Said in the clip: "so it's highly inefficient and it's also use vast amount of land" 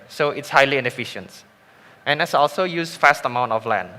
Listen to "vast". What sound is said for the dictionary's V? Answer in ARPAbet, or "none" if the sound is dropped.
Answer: F